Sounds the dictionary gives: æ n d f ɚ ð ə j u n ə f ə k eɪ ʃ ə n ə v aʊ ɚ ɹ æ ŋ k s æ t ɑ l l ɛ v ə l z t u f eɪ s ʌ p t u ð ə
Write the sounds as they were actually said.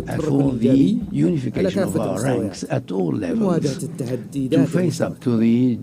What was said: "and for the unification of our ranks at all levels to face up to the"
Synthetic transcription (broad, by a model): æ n f ɚ ð ə j u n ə f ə k eɪ ʃ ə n ə v aʊ ɚ ɹ æ ŋ k s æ t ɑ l l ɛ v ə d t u f eɪ s ʌ p t u ð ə